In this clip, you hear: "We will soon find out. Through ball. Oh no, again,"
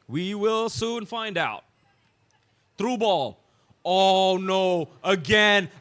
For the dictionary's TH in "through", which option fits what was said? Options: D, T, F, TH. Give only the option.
T